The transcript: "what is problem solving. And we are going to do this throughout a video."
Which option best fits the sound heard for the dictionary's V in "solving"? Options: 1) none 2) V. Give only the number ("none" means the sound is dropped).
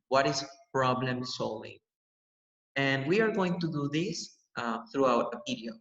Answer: 1